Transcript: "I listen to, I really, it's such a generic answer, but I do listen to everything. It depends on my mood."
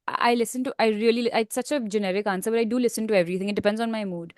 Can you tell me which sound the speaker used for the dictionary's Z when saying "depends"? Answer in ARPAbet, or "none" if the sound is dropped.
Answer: Z